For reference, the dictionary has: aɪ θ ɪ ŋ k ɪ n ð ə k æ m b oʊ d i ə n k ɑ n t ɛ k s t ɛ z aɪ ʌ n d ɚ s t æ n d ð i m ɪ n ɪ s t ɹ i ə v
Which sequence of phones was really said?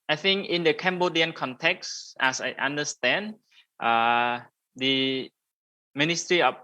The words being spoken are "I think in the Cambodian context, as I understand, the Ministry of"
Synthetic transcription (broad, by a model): aɪ θ ɪ ŋ k ɪ n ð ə k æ m b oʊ d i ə n k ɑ n t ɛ k s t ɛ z aɪ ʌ n d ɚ s t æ n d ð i m ɪ n ɪ s t ɹ i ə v